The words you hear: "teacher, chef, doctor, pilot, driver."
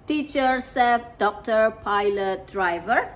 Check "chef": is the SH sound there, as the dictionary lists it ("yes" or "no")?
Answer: no